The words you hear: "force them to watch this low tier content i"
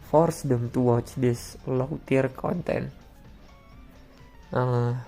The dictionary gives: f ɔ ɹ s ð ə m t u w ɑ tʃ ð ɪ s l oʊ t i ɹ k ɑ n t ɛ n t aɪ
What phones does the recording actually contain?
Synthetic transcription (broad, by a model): f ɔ ɹ s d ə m t u w ɑ tʃ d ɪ s l oʊ t i ɹ k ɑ n t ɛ n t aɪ